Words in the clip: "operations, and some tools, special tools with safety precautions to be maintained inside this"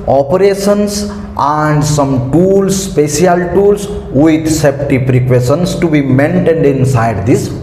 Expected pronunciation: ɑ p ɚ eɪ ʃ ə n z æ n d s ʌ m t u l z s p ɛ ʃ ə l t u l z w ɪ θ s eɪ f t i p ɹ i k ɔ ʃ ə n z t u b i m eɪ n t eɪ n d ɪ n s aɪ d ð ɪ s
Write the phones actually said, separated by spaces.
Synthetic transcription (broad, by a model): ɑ p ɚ eɪ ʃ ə n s æ n d s ʌ m t u l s p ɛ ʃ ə l t u l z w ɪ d s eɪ p t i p ɹ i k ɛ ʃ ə n s t u b i m eɪ n t eɪ n d ɪ n s aɪ d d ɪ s